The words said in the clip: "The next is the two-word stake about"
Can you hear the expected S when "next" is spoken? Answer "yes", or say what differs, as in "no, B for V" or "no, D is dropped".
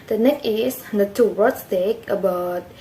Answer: no, S is dropped